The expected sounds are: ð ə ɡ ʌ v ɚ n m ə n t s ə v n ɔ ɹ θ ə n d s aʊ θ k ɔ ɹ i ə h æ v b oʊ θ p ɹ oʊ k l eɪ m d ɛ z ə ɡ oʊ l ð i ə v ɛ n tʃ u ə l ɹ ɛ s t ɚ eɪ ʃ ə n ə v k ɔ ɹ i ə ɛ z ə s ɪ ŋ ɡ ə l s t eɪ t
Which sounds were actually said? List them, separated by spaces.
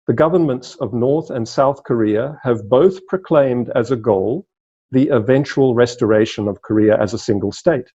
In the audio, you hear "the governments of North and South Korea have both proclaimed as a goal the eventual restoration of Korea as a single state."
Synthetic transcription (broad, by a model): ð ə ɡ ʌ v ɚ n m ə n t s ə v n ɔ ɹ θ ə n s aʊ θ k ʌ ɹ i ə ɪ v b oʊ θ p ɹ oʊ k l eɪ m d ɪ z ə ɡ oʊ l ð i ə v ɛ n tʃ u ə l ɹ ɛ s t ɚ eɪ ʃ ə n ə v k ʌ ɹ i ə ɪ z ə s ɪ ŋ ɡ ə l s t eɪ t